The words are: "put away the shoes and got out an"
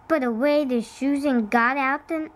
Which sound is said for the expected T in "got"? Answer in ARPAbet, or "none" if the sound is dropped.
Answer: T